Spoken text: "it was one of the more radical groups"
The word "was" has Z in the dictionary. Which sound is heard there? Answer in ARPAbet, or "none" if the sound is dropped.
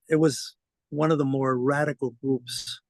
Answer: Z